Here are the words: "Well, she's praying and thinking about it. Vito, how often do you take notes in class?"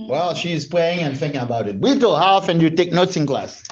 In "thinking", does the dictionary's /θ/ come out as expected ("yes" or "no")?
yes